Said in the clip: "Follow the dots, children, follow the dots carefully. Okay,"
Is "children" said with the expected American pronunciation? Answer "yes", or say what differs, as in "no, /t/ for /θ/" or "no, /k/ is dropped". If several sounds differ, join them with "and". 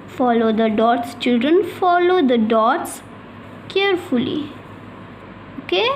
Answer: yes